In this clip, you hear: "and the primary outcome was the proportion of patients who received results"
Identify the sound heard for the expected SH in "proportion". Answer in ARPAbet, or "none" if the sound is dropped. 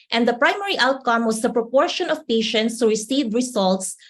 SH